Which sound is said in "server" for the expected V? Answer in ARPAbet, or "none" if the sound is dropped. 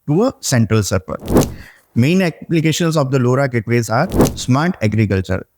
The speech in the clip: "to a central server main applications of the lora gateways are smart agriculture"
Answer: P